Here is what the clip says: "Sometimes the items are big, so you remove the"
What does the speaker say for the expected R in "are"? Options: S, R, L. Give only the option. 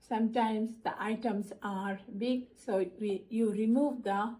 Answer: R